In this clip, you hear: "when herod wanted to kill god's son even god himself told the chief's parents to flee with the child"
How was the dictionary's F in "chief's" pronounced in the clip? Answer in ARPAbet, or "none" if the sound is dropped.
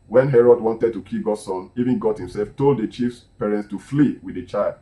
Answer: F